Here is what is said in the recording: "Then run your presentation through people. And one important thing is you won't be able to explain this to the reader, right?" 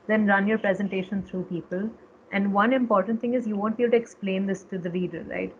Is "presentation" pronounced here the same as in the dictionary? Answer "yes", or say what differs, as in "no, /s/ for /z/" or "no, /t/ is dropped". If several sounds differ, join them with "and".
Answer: yes